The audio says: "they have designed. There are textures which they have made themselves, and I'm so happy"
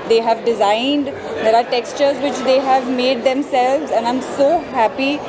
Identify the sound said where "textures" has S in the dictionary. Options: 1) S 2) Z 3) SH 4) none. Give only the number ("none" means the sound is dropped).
1